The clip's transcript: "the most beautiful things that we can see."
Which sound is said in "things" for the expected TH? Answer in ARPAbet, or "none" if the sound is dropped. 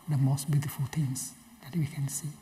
T